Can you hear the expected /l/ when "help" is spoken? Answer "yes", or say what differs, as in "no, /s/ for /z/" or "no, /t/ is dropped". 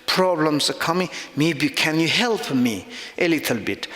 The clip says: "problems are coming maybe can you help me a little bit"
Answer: yes